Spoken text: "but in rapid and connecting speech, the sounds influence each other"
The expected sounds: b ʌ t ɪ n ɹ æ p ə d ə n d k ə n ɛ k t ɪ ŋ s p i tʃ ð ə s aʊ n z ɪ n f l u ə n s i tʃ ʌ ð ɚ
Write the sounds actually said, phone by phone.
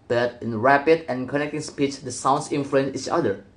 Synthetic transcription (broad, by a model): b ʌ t ɪ n ɹ æ p ə d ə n k ə n ɛ k t ɪ ŋ s p i tʃ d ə s aʊ n s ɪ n f l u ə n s i tʃ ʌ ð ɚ